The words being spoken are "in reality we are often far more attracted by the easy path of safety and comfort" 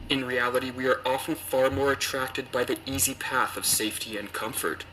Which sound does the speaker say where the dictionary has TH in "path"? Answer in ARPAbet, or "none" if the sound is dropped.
TH